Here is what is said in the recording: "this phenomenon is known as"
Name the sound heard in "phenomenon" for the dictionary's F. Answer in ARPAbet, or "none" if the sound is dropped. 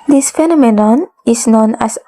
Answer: F